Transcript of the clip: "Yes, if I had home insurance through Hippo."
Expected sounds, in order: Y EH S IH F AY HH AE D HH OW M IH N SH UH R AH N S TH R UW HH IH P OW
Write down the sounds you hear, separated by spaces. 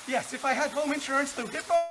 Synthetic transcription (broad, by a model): Y EH S IH F AY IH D HH OW M IH N SH UH R AH N S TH UW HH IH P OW